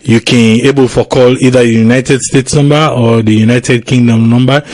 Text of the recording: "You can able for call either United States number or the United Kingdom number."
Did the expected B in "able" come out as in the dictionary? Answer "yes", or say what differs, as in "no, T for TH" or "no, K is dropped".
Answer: yes